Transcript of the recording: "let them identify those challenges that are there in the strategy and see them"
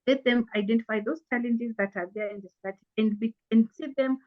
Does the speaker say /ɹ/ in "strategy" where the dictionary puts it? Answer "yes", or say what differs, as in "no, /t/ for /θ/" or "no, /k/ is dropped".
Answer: no, /ɹ/ is dropped